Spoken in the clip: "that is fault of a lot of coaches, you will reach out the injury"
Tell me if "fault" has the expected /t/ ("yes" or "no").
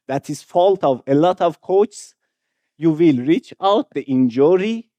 yes